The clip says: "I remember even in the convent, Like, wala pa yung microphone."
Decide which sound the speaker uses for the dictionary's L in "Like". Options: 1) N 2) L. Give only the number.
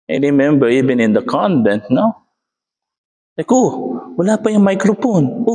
1